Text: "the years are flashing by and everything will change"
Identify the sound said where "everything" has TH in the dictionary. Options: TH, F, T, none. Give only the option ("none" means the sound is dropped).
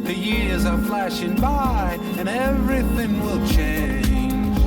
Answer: TH